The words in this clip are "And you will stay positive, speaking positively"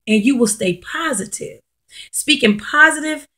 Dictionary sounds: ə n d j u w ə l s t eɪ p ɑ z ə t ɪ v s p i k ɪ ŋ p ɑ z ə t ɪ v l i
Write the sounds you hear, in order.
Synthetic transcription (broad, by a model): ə n j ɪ w ə l s t eɪ p ɑ z ə t ɪ v s p i k ɪ ŋ p ɑ z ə t ɪ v